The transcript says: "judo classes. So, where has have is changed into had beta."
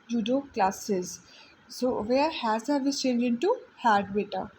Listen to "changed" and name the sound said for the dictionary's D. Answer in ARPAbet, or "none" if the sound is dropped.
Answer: none